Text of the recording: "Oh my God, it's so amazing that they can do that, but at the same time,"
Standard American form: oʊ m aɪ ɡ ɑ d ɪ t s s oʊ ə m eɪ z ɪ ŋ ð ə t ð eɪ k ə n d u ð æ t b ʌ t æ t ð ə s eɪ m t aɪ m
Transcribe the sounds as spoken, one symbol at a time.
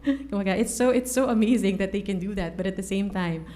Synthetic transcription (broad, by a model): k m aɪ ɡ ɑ ɪ t s s oʊ ə m eɪ z ɪ ŋ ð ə t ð eɪ k ə n d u ð æ t b ʌ t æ t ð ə s eɪ m t aɪ m